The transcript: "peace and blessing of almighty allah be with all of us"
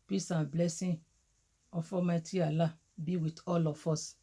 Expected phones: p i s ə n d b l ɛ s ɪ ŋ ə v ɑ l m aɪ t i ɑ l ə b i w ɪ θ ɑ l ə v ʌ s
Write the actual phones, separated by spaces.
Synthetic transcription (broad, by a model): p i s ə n b l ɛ s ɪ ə f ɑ m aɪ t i ɑ l ə b i w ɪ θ ɑ l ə f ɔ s